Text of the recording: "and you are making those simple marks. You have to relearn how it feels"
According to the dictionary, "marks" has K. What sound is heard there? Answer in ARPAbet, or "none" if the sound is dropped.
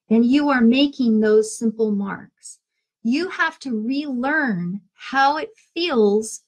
K